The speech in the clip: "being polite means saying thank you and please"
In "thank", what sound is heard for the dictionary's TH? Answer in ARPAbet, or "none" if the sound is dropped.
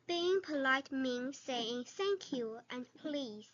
S